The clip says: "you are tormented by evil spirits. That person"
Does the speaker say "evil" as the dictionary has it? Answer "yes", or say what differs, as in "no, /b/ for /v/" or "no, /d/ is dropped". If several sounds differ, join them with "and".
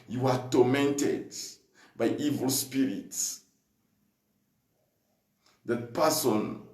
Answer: yes